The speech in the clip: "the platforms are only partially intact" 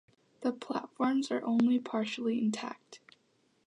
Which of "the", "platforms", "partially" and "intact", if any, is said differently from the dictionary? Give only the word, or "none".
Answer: none